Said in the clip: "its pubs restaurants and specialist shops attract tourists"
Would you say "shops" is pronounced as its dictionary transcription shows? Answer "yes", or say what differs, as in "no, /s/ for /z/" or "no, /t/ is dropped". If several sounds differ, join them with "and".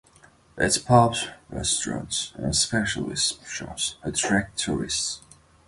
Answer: no, /p/ is dropped